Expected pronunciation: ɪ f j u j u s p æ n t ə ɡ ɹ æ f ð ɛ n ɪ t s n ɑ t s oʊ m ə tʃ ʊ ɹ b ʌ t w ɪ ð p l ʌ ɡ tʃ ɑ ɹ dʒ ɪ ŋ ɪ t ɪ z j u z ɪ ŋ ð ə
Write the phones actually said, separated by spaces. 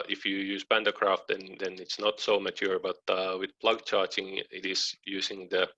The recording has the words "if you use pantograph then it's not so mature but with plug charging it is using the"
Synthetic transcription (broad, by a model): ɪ f j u j u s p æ n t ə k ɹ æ f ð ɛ n ɪ t s n ɑ t s oʊ m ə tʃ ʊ ɹ b ʌ t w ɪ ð p l ʌ ɡ tʃ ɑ ɹ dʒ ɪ ŋ ɪ t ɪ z j u s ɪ ŋ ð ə